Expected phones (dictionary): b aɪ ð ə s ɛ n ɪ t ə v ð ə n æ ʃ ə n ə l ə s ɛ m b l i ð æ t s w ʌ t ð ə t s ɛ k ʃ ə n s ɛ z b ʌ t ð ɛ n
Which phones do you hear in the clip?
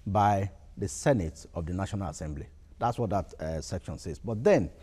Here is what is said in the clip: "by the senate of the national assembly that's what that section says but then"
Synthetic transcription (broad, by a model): b aɪ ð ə s ɛ n ɪ t ə v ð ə n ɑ ʃ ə n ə l ə s ɛ m b l i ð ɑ t s w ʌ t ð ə t s ɛ k ʃ ə n s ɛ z b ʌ t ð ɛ n